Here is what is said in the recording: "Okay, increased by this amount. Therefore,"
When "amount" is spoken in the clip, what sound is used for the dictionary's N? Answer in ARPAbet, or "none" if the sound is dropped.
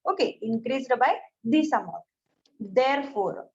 none